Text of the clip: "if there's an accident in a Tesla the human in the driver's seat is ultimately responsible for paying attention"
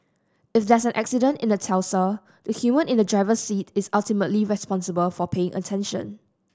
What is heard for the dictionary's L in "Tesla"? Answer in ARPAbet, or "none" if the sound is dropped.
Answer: none